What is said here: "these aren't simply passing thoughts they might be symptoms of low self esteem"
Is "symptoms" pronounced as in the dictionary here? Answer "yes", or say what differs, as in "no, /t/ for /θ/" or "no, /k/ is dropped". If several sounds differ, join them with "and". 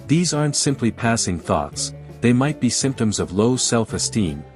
yes